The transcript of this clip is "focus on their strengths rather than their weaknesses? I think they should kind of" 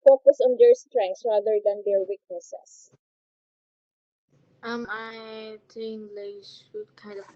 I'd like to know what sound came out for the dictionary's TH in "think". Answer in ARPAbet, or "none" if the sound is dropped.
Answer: T